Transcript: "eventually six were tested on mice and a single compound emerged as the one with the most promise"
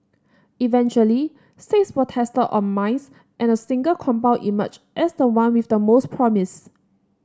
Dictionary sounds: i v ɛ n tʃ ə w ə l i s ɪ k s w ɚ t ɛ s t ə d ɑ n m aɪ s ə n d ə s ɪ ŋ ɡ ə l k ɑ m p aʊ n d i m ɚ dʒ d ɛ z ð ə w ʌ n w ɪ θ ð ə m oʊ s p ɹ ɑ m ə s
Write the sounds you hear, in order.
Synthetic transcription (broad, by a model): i v ɛ n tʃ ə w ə l i s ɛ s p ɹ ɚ t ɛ s t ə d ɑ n m aɪ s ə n ə s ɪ ŋ ɡ ə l k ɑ m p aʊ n i m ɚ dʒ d ɛ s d ə w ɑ n w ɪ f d ə m oʊ s p ɹ ɑ m ə s